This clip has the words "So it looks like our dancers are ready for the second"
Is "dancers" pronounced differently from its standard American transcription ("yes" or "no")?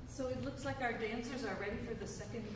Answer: no